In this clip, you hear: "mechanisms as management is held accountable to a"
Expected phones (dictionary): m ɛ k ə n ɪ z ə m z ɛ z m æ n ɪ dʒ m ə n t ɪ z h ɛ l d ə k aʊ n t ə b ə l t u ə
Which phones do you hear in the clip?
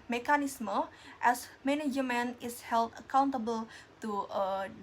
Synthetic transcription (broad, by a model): m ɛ k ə n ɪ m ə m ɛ s m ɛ n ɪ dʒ m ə n ɪ s h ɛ l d ə k aʊ n t ə b ə l t u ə